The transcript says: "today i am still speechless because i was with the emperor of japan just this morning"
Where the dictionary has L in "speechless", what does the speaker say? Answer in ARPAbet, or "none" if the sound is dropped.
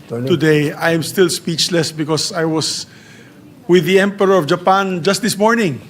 L